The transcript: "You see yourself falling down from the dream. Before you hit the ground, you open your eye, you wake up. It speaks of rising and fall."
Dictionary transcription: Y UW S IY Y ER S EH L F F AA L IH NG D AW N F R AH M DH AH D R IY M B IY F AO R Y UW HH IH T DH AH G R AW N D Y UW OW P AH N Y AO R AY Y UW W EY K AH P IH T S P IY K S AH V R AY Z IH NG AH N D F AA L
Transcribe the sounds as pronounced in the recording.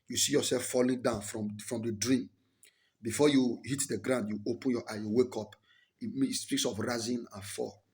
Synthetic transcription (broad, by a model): Y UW S IY Y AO S EH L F F AA L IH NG D AW N F R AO M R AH D R IY M B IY F AO Y UW HH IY T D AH G R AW N D Y UW OW P AH N Y AO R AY Y UW W EY K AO P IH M S P IY K S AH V R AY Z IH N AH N F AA